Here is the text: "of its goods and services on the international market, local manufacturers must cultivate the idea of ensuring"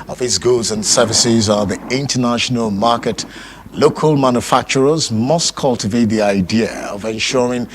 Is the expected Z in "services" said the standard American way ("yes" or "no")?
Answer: yes